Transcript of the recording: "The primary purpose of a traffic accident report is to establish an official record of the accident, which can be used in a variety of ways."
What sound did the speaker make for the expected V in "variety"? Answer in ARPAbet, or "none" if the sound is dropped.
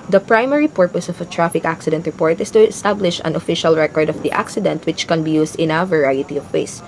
V